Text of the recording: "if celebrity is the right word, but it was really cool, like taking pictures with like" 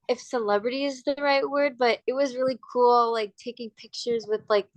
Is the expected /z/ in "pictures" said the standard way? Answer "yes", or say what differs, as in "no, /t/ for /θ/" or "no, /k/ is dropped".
yes